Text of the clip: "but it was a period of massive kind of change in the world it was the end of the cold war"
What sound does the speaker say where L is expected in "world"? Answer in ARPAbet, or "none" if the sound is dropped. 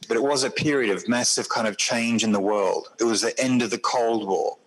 L